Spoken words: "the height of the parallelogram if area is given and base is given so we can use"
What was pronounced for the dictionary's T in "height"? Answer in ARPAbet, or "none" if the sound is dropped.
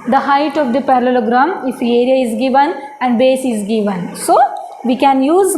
T